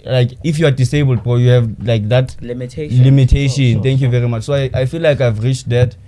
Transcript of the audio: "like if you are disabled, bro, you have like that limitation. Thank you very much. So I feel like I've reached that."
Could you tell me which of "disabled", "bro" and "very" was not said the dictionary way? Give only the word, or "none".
bro